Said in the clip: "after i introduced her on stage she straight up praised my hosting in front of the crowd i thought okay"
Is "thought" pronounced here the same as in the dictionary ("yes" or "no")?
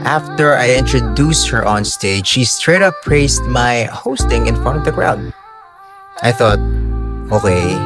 yes